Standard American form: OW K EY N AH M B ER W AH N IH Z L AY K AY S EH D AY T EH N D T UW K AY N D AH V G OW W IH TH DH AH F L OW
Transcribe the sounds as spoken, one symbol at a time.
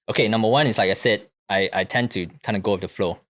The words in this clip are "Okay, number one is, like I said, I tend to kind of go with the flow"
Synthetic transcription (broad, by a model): OW K EY N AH M B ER W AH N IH S L AY K AY S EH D AY T EH N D T UW K AY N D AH G OW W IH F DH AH F L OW